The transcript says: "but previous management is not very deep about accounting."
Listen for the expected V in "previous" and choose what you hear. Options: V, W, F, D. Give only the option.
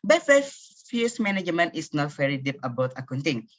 F